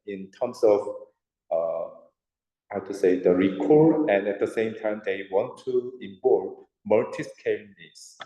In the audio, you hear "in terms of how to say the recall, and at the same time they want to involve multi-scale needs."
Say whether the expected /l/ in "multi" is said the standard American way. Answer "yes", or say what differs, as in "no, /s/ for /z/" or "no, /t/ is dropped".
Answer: no, /l/ is dropped